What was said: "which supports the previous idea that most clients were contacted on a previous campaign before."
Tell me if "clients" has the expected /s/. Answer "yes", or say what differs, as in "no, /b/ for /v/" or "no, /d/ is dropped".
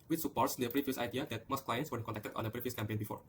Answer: yes